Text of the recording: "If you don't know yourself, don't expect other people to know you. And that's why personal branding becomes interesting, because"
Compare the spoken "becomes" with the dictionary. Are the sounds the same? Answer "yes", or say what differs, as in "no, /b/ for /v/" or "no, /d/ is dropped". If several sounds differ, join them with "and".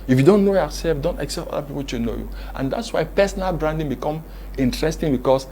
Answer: no, /z/ is dropped